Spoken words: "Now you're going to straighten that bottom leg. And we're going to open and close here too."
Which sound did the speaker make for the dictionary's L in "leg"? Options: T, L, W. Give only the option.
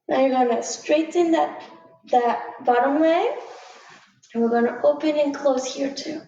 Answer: W